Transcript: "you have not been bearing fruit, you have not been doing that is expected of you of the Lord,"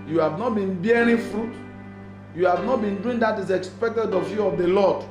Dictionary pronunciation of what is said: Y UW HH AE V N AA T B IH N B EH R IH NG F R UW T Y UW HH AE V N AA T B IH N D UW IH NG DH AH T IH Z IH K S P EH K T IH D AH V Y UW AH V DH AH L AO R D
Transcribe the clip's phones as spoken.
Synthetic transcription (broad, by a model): Y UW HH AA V N AA T B IH N B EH R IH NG F R UW T Y UW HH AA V N AA T B IH N D UW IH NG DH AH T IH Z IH K S P EH K T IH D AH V Y UW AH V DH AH L AO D